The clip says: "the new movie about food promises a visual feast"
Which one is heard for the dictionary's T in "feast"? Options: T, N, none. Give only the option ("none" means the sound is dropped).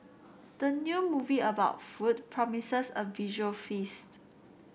T